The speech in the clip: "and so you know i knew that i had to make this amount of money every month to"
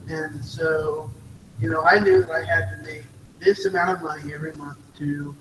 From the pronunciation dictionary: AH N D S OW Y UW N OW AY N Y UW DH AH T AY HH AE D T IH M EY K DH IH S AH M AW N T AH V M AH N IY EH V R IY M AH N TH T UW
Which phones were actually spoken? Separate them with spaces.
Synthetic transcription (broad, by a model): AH N S OW Y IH N OW AY N Y UW DH AH T AY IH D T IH M EY K DH IH S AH M AW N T AH V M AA IY EH V R IY M AH N TH T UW